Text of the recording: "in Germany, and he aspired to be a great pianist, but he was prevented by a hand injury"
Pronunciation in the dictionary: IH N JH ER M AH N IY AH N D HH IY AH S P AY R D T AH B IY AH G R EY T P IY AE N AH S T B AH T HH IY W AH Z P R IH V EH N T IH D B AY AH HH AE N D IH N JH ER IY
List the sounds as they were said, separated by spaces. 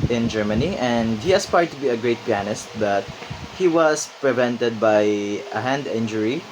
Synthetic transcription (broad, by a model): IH N JH ER M AH N IY AH N D HH IY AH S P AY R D T AH B IY AH G R EY T P IY AE N AH S T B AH T HH IY W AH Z P R IH V EH N T IH D B AY AH HH AE N D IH N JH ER IY